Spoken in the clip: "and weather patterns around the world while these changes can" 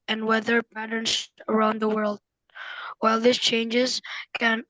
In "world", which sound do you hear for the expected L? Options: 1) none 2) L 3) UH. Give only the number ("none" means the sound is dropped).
2